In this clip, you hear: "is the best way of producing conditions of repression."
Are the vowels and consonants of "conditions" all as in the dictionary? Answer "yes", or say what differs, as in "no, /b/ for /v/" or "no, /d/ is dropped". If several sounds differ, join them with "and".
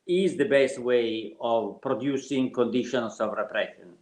no, /s/ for /z/